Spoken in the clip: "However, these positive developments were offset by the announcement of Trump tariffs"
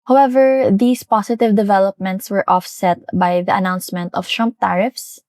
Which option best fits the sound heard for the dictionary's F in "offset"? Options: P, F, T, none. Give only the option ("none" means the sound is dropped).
F